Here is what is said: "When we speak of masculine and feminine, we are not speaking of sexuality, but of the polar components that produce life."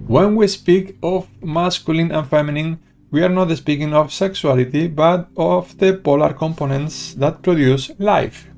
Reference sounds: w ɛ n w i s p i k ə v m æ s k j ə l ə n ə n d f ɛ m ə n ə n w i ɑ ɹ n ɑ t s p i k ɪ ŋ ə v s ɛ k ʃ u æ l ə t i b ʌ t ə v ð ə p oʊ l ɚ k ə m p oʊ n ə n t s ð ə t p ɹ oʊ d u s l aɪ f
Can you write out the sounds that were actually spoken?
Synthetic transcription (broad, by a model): w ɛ n w i s p i k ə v m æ s k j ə l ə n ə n f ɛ m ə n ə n w i ɑ ɹ n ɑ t s p i k ɪ ŋ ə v s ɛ k s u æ l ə t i b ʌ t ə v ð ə p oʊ l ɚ k ə m p oʊ n ə n t s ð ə t p ɹ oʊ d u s l aɪ f